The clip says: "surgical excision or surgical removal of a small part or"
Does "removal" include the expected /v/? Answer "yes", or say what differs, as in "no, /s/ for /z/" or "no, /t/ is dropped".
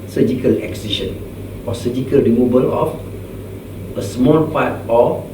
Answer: no, /b/ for /v/